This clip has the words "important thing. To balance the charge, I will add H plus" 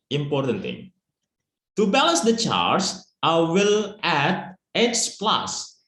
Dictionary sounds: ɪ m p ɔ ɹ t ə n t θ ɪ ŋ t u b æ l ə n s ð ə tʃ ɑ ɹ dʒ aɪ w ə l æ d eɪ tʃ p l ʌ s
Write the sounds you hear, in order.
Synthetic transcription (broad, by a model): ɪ m p ɔ ɹ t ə n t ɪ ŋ t u b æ l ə n s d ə tʃ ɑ ɹ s aɪ w ə l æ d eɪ s p l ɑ s